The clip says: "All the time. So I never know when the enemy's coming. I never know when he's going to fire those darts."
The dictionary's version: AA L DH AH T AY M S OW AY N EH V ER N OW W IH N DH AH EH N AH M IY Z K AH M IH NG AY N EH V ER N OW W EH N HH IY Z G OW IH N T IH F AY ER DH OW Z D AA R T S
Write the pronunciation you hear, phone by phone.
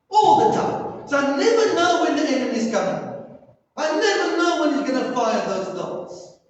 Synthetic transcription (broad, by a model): AA L DH AH T AY M S OW AY N EH V ER N OW W IH N DH AH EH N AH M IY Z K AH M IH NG AY N EH V ER N OW W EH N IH Z G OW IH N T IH F AY ER DH OW Z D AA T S